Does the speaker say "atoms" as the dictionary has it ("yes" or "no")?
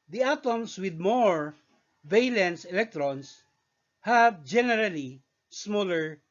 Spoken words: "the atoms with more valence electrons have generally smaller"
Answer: no